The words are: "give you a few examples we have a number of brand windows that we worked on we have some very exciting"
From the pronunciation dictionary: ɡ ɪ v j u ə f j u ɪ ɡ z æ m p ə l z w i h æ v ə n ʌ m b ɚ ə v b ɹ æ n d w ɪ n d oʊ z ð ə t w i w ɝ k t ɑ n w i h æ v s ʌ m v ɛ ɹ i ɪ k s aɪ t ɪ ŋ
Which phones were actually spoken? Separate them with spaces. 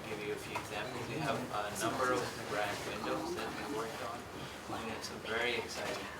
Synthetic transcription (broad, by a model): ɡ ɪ v j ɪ ə f j u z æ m ə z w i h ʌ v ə n ʌ m b ɚ ə v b ɹ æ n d w ɪ n d oʊ z ð ə t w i w ɝ k t n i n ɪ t s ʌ v ɛ ɹ i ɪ k s aɪ t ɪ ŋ